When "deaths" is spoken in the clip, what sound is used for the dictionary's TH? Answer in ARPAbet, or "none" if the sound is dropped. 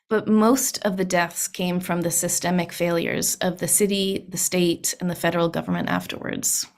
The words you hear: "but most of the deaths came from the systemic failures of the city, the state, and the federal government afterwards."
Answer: TH